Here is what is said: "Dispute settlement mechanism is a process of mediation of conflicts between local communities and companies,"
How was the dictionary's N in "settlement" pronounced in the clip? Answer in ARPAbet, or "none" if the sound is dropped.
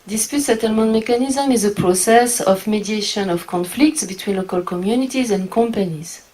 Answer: N